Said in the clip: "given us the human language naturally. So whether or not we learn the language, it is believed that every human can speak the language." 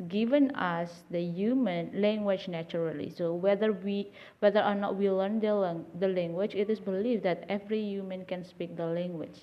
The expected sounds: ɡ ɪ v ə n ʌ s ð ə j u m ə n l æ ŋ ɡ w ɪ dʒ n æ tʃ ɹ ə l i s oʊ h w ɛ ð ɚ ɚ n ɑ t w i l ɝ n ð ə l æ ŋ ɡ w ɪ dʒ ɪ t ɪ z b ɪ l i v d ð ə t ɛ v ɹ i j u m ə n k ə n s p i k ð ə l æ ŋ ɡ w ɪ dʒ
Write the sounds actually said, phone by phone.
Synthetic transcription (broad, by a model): ɡ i v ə n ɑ s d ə j u m ə n l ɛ ŋ ɡ w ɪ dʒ n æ tʃ ɹ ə l i s oʊ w w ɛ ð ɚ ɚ n ɑ t w i l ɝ n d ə l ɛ ŋ ɡ w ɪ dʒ ɪ t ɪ s b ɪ l i f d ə t ɛ v ɹ i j u m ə n k ə n s p i k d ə l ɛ ŋ ɡ w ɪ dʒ